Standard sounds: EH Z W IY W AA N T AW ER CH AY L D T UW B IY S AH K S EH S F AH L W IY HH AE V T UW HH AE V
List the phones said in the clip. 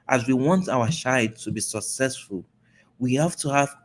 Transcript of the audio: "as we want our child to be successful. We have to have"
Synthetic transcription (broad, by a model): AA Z W IY W AA N T AW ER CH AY D T UW B IY S AH K S EH S F AH L W IY HH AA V T UW HH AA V